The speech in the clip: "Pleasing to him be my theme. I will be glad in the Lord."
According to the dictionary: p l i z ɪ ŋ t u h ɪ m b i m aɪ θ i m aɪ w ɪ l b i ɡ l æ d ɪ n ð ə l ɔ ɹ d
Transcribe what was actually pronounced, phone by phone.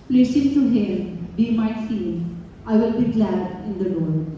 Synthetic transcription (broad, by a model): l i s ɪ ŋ t u h ɪ m b i m aɪ f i aɪ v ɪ l b i ɡ l æ d ɪ n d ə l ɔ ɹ